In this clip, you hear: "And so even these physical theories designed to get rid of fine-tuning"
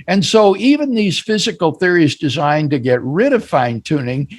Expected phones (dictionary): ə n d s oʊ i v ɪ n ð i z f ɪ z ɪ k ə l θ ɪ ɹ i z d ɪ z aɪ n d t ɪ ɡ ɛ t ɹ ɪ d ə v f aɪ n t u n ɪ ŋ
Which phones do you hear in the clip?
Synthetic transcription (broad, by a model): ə n s oʊ i v ɪ n ð i z f ɪ z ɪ k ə l θ ɪ ɹ i z d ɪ z aɪ n t ɪ ɡ ɛ t ɹ ɪ d ə v f aɪ n t u n ɪ ŋ